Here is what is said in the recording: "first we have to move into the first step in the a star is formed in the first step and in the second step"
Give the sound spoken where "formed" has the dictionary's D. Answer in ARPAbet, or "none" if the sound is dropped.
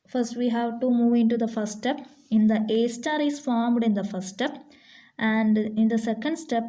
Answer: D